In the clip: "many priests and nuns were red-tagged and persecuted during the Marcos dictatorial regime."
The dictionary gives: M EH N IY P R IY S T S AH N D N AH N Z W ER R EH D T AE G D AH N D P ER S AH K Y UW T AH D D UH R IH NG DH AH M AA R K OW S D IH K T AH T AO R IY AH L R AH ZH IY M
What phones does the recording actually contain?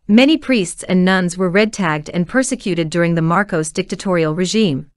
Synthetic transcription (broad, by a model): M EH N IY P R IY S T S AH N N AH N Z W ER R EH D T AE G D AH N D P ER S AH K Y UW T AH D D UH R IH NG DH AH M AA R K OW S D IH K T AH T AO R IY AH L R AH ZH IY M